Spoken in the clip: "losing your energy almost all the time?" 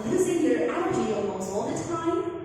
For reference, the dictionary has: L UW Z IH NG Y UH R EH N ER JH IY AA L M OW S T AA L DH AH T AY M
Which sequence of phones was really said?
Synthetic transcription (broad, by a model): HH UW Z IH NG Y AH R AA ER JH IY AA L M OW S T AA L DH AH T AY M